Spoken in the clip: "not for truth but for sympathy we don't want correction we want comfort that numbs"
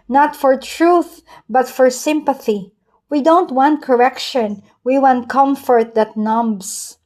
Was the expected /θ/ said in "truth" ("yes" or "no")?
yes